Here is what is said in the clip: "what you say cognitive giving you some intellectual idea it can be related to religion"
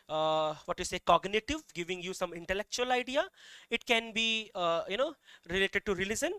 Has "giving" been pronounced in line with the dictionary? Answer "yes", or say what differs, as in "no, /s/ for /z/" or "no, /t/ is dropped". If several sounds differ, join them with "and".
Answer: yes